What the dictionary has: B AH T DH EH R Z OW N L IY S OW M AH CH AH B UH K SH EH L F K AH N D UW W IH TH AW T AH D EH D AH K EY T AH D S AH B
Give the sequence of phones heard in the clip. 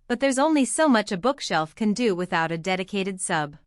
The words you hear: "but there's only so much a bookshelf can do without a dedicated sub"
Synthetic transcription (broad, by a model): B AH T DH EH R Z OW N L IY S OW M AH CH AH B UH K SH EH L F K AH N D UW W IH TH AW T AH D EH D AH K EY T AH D S AH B